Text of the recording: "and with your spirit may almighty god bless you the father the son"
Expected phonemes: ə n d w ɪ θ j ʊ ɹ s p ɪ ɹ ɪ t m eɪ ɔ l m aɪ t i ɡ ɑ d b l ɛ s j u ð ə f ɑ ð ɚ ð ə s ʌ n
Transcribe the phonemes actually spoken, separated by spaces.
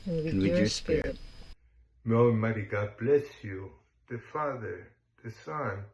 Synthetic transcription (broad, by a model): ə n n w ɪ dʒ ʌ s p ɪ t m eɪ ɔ m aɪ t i ɡ ɑ d b l ɛ s j u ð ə f ɑ ð ɚ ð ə s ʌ n